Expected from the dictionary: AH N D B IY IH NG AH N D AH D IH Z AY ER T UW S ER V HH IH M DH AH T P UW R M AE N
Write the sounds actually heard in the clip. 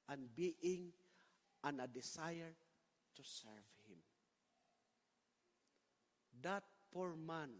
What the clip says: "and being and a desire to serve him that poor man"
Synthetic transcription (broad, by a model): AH N B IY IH NG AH N AH D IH S AY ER T UW S ER V HH IH M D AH T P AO R M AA N